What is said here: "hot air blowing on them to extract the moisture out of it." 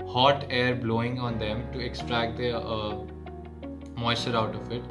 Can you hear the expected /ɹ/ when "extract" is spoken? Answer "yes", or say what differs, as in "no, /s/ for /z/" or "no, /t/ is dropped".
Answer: yes